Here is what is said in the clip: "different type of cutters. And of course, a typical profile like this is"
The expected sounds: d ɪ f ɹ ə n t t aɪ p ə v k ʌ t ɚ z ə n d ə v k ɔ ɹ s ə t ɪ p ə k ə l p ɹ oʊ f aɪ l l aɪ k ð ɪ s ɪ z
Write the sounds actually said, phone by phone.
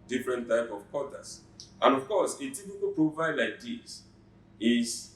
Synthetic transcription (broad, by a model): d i f ɹ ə n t t aɪ p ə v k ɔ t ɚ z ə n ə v k ɔ s ə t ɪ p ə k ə p ɹ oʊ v aɪ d l aɪ k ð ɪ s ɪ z